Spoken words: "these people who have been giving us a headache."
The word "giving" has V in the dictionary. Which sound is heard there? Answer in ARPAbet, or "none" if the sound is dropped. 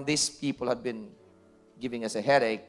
V